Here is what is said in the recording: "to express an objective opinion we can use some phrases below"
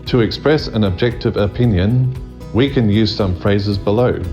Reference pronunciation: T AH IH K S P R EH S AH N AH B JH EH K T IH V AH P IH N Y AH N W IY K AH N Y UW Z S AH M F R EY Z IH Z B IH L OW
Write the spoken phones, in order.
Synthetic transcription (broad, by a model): T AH IH K S P R EH S AH N AH B JH EH K T IH V AH P IH N Y AH N W IY K AH N Y UW Z S AH M F R EY Z IH Z B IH L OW